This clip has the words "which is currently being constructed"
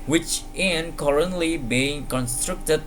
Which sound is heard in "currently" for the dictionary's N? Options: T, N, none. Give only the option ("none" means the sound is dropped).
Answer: N